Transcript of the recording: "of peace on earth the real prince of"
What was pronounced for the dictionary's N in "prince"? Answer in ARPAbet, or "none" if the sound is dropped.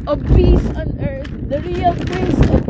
none